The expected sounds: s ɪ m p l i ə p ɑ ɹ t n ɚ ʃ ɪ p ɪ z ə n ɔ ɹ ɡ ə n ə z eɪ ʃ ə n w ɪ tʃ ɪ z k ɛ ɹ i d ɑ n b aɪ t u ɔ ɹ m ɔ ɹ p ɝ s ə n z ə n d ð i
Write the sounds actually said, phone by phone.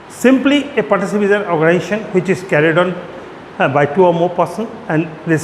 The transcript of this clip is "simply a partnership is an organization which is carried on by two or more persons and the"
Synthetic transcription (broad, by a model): s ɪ m p l i ə p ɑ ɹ t ɚ s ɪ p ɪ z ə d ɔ ɹ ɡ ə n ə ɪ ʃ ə n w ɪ tʃ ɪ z k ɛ ɹ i d ɑ n b aɪ t u ɔ ɹ m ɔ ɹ p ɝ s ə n ə n d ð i